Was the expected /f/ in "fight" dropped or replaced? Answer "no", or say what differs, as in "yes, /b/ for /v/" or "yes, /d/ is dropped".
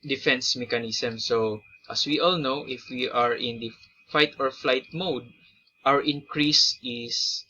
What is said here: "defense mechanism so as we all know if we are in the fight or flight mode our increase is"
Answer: no